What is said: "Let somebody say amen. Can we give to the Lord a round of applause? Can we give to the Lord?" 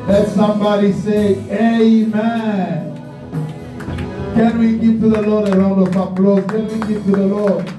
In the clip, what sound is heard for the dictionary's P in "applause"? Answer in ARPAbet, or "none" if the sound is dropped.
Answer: B